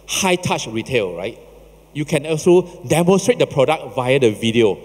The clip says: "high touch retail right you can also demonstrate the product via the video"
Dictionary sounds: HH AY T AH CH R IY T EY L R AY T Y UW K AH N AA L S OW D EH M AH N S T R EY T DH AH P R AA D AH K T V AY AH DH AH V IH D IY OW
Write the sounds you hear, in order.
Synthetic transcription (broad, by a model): HH AY T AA CH R IY T EY L R AY T Y UW K AH N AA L S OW D EH M AH N S T R EY T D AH P R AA D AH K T V AY AH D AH V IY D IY OW